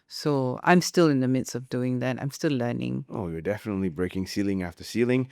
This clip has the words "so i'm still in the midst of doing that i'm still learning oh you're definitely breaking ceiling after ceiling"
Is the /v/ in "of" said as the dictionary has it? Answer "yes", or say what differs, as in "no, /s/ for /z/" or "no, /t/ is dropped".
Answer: yes